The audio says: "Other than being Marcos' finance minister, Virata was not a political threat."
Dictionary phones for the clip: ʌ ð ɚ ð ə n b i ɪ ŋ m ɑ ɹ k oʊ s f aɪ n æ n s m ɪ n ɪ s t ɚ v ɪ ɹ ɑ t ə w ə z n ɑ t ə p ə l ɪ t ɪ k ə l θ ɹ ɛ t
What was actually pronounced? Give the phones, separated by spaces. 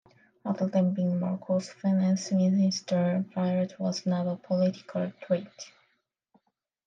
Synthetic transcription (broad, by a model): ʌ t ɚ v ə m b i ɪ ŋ m ɑ ɹ k oʊ s f aɪ n æ n s m ɪ n ɪ s t ɚ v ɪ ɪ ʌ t w ə z n ɑ t ə p ə l ɪ t ɪ k ə l t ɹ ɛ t